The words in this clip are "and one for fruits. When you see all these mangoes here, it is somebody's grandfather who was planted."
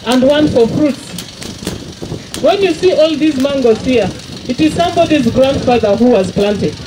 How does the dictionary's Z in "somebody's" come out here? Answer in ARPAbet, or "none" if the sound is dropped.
Z